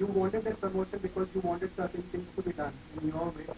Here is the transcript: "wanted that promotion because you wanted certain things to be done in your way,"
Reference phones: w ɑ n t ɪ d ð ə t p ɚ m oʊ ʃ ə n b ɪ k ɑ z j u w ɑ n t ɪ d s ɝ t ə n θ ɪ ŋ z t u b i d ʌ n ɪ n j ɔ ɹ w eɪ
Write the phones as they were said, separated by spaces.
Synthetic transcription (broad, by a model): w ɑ n t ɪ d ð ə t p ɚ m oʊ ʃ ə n b ɪ k ɑ z j u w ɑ n t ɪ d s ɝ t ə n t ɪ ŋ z t u b i d ʌ n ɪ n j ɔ l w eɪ